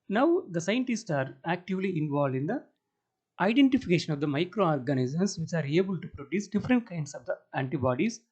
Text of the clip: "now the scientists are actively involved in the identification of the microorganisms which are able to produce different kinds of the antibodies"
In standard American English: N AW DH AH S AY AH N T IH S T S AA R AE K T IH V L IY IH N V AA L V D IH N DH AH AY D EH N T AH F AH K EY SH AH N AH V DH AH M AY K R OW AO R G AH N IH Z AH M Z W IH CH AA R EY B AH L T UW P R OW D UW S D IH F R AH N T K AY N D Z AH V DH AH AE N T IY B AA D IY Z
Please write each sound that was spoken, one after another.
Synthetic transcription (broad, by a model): N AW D AH S AY AH N T IH S T S AA R AE K T IH V L IY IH N V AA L D IH N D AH AY D EH N T AH F AH K EY SH AH N AH V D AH M AY K R OW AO R G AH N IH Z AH M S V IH CH AA R EY B AH L T UW P R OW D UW S D IH F R AH N T K AY N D S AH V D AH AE N T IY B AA D IY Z